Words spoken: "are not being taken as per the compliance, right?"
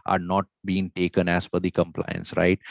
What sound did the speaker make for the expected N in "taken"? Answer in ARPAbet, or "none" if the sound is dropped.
N